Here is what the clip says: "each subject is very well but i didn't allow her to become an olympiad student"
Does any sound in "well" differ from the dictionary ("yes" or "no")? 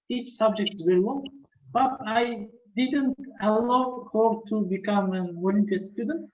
yes